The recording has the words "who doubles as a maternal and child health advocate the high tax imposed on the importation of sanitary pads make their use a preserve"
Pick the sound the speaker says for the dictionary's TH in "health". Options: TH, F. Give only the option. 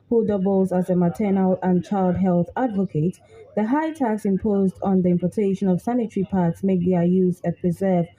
TH